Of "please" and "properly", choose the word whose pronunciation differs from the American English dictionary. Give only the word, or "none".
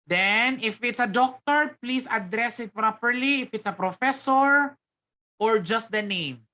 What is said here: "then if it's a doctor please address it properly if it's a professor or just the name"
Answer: please